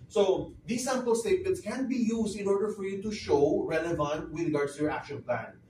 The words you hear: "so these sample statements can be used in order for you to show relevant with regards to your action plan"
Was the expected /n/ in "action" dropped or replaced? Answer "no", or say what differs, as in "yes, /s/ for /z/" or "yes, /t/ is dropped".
no